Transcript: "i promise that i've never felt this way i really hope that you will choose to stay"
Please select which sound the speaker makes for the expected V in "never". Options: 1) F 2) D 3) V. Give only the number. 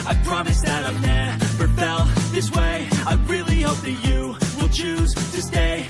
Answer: 1